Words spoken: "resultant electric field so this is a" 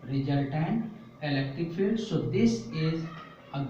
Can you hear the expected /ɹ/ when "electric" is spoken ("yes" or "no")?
no